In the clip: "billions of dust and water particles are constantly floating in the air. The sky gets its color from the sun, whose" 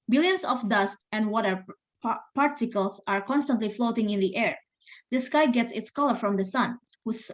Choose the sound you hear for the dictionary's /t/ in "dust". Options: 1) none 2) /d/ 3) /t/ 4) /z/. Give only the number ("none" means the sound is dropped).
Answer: 3